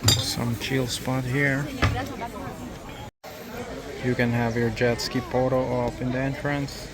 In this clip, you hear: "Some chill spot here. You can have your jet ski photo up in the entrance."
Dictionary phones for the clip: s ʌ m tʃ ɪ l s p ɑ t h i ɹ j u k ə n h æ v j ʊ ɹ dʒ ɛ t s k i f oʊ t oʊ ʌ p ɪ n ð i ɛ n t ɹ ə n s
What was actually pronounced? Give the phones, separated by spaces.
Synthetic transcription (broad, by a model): s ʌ m tʃ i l s p ɑ t h i ɹ j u k ə n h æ v j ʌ ɹ dʒ ɛ t s k i p oʊ t oʊ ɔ f ɪ n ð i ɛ n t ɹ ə n s